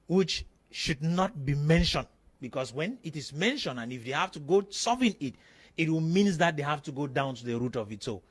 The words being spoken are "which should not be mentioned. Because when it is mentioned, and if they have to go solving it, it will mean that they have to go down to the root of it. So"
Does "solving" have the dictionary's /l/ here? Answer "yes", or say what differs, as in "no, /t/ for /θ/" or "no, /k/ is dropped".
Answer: no, /l/ is dropped